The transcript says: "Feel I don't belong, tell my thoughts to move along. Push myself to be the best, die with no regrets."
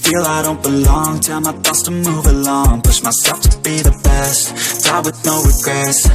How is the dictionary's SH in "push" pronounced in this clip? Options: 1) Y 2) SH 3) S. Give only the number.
3